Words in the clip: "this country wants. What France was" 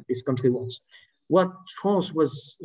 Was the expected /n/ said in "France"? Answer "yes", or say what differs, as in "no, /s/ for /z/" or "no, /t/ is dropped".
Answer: no, /n/ is dropped